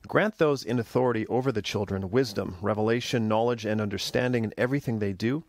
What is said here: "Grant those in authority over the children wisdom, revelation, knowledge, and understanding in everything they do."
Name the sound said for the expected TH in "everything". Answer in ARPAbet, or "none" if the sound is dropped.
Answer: TH